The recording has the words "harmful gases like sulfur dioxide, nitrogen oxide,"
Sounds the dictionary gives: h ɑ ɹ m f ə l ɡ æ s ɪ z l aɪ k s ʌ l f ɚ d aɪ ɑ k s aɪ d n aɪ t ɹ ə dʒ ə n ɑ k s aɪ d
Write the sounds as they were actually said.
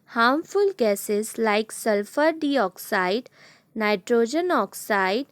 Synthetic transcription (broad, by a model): h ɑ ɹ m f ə l ɡ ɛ s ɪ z l aɪ k s ʌ l f ɚ d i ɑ k s aɪ d n aɪ t ɹ ə dʒ ə n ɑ k s aɪ d